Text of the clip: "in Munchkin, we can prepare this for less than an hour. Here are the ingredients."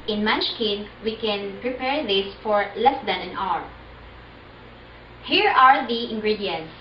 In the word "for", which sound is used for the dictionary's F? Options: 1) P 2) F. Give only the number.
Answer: 2